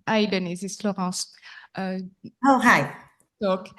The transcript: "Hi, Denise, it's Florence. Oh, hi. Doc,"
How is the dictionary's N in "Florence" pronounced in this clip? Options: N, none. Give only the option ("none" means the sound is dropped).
none